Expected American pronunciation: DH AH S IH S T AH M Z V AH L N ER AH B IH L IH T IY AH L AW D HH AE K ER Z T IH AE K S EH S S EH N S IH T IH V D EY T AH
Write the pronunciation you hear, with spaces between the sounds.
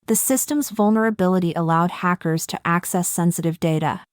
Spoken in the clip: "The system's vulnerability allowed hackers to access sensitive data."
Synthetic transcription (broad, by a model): DH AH S IH S T AH M Z V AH L N ER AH B IH L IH T IY AH L AW D HH AE K ER Z T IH AE K S EH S S EH N S IH T IH V D EY T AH